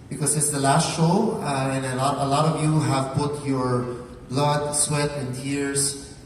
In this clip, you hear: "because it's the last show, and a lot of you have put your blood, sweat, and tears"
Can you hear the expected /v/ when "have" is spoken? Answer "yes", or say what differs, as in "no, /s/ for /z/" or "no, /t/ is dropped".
yes